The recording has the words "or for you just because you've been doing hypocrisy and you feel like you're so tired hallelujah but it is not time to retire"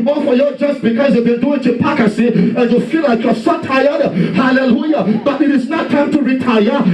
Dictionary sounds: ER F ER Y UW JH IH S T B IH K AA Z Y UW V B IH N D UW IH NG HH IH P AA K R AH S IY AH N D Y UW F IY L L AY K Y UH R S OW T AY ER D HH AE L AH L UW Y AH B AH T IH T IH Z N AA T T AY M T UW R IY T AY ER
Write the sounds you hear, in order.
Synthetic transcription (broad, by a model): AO F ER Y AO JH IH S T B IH K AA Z Y UW V B IH N D UW IH NG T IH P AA K AH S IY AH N Y UW F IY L L AY K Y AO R S OW T AY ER D HH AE L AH L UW Y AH B AH T IH T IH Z N AA T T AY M T UW R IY T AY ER